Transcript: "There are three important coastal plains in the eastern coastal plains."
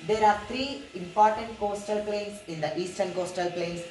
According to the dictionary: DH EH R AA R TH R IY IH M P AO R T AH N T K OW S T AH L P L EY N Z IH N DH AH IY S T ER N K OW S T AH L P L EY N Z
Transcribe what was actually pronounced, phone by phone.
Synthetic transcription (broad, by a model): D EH R AA R T R IY IH M P AO R T AH N T K OW S T AH L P L EY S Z IH N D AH IY S T ER N K OW S T AH L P L EY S